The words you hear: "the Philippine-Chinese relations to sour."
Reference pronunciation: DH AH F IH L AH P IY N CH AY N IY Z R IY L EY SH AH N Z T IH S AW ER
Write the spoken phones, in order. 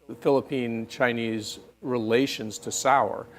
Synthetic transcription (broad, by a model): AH F IH L AH P IY N CH AY N IY Z R IY L EY SH AH N Z T IH S AW ER